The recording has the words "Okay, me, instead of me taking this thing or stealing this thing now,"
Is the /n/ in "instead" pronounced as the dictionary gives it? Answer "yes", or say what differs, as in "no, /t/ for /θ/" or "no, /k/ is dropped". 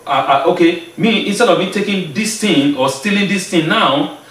yes